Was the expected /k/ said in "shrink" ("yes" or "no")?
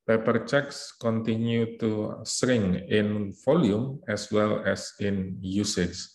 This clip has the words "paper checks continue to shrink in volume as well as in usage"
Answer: no